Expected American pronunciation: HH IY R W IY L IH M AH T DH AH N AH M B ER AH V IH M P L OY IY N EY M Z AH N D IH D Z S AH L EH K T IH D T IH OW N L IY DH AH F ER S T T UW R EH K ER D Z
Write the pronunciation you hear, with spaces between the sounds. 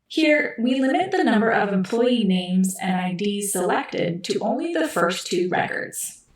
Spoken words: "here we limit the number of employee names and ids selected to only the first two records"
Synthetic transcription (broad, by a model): HH IY R W IY L IH M AH T DH AH N AH M B ER AH V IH M P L OY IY N EY M Z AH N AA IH D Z S AH L EH K T IH D T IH OW N L IY DH AH F ER S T T UW R EH K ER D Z